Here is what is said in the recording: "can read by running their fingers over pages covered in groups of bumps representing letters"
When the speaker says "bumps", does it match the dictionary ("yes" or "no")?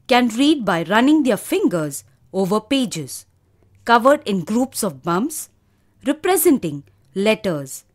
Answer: no